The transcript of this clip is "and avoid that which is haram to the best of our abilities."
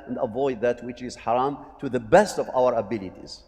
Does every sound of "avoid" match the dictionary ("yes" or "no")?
yes